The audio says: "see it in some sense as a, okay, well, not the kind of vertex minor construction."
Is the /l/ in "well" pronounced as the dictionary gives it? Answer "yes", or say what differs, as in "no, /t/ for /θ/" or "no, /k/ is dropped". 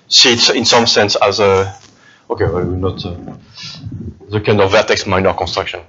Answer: no, /w/ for /l/